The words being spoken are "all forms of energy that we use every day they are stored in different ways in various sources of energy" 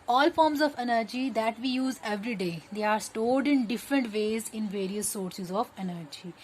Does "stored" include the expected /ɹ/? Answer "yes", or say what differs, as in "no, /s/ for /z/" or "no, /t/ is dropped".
no, /l/ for /ɹ/